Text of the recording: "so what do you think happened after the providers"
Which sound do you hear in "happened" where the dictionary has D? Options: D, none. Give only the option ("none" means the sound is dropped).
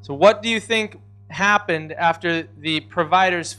D